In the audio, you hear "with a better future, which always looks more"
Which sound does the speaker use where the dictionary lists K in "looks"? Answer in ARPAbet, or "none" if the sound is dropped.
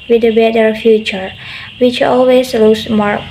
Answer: none